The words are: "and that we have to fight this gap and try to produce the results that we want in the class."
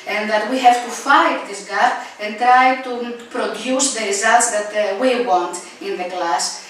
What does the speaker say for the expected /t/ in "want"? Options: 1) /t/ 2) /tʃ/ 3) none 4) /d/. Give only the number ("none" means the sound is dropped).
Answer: 1